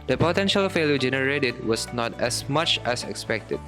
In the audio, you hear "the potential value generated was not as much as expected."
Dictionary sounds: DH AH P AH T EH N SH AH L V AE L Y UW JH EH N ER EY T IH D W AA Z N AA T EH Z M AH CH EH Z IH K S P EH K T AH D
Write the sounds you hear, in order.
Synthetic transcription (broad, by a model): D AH P AH T EH N SH AH L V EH L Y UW JH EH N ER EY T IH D W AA S N AA T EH S M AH CH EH S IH K S P EH K T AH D